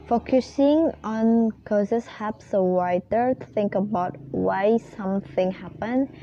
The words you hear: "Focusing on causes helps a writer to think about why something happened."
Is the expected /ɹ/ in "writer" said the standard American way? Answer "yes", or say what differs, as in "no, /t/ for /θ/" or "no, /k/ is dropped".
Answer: no, /w/ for /ɹ/